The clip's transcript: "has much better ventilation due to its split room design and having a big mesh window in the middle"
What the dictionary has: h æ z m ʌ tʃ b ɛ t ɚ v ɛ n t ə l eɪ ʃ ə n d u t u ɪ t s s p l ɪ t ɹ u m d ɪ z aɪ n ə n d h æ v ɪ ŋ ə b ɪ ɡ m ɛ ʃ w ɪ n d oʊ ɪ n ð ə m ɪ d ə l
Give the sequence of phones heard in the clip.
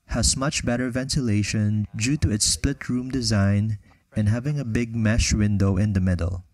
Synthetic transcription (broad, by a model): h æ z m ʌ tʃ b ɛ t ɚ v ɛ n t ə l eɪ ʃ ə n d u t u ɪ t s s p l ɪ t ɹ u m d ɪ z aɪ n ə n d h æ v ɪ ŋ ə b ɪ ɡ m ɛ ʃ w ɪ n d oʊ ɪ n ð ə m ɪ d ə l